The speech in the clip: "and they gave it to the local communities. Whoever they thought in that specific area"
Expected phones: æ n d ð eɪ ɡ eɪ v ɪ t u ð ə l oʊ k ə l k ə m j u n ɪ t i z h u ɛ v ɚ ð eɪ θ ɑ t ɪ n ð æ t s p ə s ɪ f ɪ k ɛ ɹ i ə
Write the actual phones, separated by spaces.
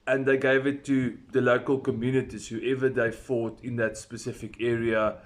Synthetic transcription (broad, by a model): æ n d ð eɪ ɡ eɪ v ɪ t u ð ə l oʊ k ə l k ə m j u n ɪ t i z h u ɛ v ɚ ð eɪ f ɑ t ɪ n ð æ t s p ə s ɪ f ɪ k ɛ ɹ i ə